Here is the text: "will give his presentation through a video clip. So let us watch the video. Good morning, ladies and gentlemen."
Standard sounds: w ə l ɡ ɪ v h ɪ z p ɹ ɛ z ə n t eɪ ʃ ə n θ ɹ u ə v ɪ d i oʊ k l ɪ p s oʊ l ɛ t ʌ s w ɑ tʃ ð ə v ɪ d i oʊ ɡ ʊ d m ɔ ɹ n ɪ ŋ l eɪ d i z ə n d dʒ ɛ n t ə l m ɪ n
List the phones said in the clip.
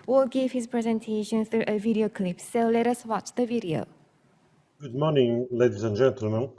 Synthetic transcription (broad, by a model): w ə l ɡ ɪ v h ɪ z p ɹ ɛ z ə n t eɪ ʃ ə n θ ɹ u ə v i d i oʊ k l ɪ p s oʊ l ɛ t ʌ s w ɑ tʃ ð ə v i d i oʊ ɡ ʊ d m ɔ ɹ n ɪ ŋ l eɪ d i z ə n dʒ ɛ n t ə l m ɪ n